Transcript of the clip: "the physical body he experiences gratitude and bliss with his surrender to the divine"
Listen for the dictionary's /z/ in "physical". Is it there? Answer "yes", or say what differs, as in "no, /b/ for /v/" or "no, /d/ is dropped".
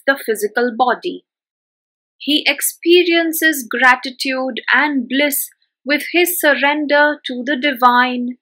yes